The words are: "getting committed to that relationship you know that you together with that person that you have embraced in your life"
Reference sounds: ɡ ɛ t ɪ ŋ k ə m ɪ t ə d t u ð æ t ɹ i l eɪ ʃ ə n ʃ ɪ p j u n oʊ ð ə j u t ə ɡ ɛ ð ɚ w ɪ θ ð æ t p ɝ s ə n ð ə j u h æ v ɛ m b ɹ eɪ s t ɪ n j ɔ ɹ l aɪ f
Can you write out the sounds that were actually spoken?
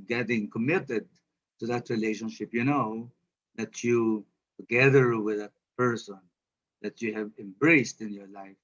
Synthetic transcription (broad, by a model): ɡ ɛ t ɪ ŋ k ə m ɪ t ə d t u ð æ t ɹ i l eɪ ʃ ə n ʃ ɪ p j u n oʊ ð ə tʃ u t ə ɡ ɛ ð ɚ w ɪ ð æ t p ɝ s ə n ð ə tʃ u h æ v ɛ m b ɹ eɪ s t ɪ n j ɔ ɹ l aɪ f